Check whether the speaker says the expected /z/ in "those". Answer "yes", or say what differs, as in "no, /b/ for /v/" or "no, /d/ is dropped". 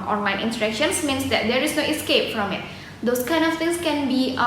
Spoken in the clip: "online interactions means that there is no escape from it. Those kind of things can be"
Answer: no, /s/ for /z/